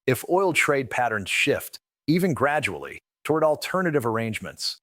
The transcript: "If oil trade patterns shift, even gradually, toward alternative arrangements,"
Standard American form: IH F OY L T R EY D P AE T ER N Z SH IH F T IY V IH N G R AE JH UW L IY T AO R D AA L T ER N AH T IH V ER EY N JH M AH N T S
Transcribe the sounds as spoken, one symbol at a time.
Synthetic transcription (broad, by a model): IH F OY L T R EY D P AE T ER N Z SH IH F T IY V IH N G R AE JH UW L IY T AO R D AA L T ER N AH T IH V ER EY N JH M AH N T S